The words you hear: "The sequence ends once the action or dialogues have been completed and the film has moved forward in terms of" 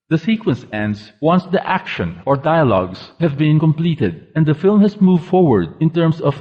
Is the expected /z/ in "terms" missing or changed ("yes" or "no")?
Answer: yes